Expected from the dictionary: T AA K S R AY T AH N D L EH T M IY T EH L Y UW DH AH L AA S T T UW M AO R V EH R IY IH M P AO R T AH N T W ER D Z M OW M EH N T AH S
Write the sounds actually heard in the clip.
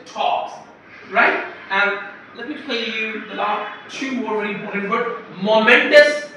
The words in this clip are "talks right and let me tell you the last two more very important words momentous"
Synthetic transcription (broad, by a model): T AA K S R AY T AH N L EH T M IY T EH L Y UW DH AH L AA T T UW M AO R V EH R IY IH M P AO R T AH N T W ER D M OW M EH N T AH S